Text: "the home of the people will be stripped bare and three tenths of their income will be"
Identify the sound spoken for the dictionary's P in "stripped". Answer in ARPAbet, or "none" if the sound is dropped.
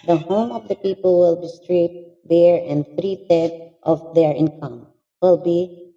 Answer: none